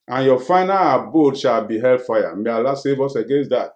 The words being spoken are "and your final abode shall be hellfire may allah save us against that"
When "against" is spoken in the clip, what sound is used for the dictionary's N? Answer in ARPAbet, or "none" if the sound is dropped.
N